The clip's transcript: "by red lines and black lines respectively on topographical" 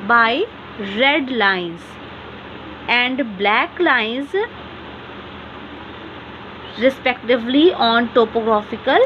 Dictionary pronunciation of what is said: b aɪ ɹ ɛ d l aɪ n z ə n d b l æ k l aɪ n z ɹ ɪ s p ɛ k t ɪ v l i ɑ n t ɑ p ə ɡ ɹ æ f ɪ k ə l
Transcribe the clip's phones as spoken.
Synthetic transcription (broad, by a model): b aɪ ɹ ɛ d l aɪ n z ə n d b l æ k l aɪ n z ɹ ɪ s p ɛ k t ɪ v l i ɑ n t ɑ p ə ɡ ɹ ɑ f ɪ k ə l